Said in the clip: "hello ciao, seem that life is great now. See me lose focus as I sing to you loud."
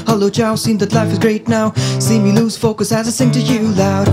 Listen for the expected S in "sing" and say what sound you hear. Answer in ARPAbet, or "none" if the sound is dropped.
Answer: TH